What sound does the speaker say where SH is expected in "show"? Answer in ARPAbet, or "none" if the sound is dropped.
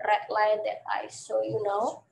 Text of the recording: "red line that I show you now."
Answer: S